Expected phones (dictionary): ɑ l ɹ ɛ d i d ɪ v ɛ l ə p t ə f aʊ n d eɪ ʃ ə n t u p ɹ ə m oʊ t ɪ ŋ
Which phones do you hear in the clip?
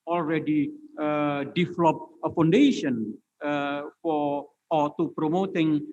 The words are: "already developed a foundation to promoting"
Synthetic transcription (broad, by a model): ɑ l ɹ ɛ d i d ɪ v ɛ l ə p ə f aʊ n d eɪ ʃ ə n t u p ɹ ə m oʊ t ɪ ŋ